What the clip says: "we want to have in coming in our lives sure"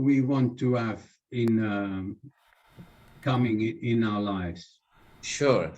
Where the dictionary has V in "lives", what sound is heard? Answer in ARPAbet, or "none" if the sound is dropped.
V